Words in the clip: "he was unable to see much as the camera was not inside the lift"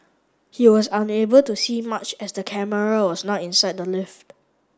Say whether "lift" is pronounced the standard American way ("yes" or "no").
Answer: yes